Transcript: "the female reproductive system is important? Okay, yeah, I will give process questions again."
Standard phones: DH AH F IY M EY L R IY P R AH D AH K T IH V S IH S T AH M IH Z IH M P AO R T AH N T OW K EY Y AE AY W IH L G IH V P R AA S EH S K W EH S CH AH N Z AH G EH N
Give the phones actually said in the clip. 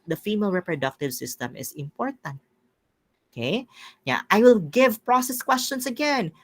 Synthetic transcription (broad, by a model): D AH F IY M EY L R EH P R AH D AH K T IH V S IH S T AH M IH S IH M P AO R T AH N T OW K EY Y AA AY W IH L G IH V P R AA S EH S K W EH S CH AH N S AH G EH N